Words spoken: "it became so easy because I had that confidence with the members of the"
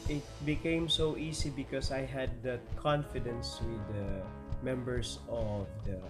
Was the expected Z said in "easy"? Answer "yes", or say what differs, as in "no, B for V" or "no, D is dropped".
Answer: no, S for Z